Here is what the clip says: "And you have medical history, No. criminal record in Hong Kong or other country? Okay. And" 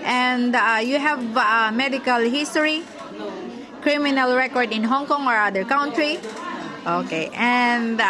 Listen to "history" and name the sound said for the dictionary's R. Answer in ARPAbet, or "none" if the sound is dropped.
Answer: none